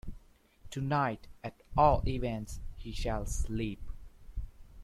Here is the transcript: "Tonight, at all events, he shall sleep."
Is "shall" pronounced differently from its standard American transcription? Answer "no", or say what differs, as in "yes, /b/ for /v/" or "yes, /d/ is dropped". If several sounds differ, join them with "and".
no